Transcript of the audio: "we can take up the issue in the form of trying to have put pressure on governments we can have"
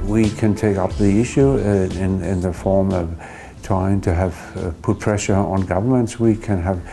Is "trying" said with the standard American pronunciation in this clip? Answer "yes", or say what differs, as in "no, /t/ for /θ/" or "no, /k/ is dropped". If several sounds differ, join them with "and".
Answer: no, /ɹ/ is dropped